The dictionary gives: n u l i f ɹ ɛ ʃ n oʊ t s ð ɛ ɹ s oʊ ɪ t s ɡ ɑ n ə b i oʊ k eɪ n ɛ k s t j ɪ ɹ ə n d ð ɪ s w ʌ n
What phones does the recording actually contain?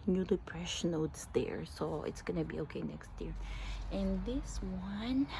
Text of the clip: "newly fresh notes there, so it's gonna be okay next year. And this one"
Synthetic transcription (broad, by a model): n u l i p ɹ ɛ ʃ n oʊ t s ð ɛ ɹ s oʊ ɪ t s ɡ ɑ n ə b i oʊ k eɪ n ɛ k s t j ɪ ɹ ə n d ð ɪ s w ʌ n